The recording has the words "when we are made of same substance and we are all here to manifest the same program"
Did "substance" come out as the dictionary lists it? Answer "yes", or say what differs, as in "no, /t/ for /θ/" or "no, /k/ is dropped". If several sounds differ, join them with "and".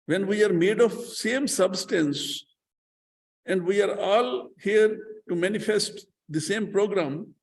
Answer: yes